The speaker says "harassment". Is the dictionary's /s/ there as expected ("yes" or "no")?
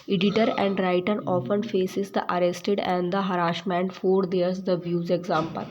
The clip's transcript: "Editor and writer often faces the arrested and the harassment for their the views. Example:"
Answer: no